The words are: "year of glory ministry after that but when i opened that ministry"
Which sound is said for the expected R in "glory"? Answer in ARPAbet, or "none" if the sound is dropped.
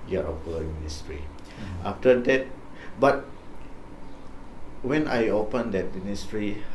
L